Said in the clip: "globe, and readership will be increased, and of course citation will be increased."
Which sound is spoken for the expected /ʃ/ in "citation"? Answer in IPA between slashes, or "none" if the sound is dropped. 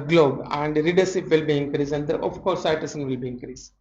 /s/